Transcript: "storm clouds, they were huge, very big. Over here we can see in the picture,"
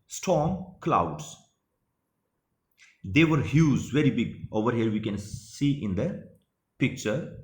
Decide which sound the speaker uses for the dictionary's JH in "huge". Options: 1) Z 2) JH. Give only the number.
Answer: 1